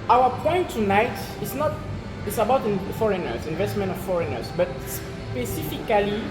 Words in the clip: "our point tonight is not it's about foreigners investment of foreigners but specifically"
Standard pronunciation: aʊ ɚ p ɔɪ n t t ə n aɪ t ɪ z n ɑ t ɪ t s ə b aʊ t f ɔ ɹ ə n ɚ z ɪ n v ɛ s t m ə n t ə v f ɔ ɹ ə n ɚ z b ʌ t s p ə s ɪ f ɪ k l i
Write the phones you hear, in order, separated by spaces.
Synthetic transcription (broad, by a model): aʊ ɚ p ɔɪ n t t ə n aɪ t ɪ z n ɑ t ɪ t s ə b aʊ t f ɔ ɹ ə n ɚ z ɪ n v ɛ s t m ə n t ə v f ɔ ɹ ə n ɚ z b ʌ t s p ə s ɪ f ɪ k l i